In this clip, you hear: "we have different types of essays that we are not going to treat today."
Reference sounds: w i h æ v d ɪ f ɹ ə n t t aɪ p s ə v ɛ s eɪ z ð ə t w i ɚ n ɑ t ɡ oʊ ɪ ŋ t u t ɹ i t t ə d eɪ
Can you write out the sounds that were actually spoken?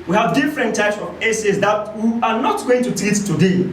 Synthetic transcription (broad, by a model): w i h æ v d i f ɹ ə n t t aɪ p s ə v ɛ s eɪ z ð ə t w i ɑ n ɑ t ɡ oʊ ɪ ŋ t u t i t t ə d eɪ